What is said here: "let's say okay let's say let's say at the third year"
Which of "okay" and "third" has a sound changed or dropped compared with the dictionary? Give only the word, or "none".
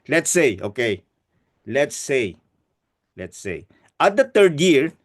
third